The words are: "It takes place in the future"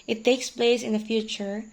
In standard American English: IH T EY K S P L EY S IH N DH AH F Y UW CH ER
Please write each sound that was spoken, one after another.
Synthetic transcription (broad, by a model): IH T EY K S P L EY S IH N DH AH F Y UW CH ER